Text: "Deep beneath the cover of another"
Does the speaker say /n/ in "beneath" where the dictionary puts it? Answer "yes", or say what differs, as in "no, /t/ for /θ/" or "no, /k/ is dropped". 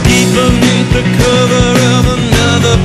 no, /n/ is dropped